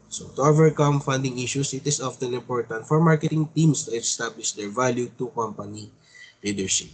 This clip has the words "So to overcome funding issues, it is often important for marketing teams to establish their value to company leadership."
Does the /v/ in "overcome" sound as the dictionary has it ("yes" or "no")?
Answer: yes